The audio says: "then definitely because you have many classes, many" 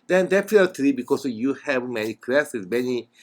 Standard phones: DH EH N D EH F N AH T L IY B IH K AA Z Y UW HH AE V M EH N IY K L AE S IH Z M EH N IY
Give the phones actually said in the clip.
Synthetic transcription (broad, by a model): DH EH N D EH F AH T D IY B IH K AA S Y UW HH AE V M EH N IY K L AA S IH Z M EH N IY